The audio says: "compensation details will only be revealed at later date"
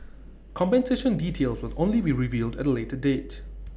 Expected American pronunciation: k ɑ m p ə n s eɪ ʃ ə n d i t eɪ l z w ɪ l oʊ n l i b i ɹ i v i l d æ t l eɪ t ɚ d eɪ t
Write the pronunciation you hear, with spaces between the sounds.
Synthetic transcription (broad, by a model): k ɑ m p ə n s eɪ ʃ ə n d i t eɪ l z w ɪ l oʊ n l i b i ɹ i v i l d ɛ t l eɪ t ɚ d eɪ t